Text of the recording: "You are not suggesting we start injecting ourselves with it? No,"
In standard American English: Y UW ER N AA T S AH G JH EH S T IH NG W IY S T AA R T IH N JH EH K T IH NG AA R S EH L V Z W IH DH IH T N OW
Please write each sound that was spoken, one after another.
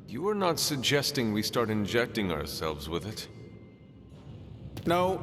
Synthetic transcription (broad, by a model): Y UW ER N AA T S AH G JH EH S T IH NG W IY S T AA R T IH N JH EH K T IH NG AA R S EH L V Z W IH DH IH T N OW